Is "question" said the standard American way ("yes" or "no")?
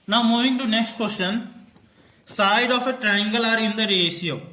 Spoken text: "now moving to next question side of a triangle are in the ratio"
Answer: no